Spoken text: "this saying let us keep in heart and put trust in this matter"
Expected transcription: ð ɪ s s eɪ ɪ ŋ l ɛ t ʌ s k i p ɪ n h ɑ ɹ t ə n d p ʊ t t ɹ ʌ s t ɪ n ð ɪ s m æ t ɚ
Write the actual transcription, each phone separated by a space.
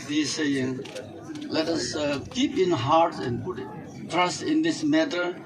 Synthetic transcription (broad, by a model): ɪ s s eɪ ɪ ŋ l ɛ t ʌ s k i p ɪ n h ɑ ɹ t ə n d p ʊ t t ɹ ʌ s t ɪ n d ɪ s m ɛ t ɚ